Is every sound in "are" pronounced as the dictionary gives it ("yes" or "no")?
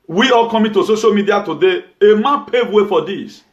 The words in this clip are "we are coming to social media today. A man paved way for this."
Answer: no